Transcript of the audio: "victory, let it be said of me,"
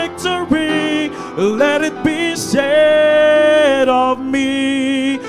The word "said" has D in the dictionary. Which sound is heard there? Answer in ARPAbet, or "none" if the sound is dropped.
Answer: D